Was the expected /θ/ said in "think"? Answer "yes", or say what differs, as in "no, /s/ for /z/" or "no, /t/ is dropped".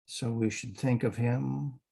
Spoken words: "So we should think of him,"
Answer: yes